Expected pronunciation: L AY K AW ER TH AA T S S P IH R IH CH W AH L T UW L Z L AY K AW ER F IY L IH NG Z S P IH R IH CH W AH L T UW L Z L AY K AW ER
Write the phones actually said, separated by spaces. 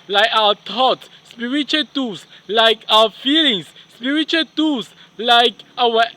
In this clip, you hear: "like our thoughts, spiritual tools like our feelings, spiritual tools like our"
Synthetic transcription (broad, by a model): L AY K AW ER T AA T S S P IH R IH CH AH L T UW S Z L AY K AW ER F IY L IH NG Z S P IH R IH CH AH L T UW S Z L AY K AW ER